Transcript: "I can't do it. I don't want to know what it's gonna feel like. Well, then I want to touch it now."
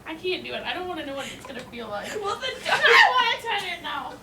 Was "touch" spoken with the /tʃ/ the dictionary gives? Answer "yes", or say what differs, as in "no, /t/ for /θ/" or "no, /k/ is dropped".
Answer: no, /tʃ/ is dropped